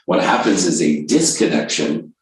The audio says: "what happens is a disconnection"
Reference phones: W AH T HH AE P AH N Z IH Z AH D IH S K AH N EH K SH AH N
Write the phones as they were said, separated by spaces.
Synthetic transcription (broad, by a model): W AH T HH AE P AH N Z IH Z AH D IH S K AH N EH K SH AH N